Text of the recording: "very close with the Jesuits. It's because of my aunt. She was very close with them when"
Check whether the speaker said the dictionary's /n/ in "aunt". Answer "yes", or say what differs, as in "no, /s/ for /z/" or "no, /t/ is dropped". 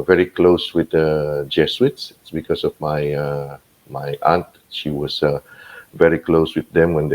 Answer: yes